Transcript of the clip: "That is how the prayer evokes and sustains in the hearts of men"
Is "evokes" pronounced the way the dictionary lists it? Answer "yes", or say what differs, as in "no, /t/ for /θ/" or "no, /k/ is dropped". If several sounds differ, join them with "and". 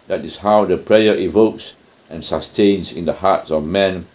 yes